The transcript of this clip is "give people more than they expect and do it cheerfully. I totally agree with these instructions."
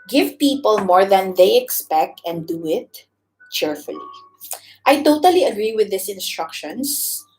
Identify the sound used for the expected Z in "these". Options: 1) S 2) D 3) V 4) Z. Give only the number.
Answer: 1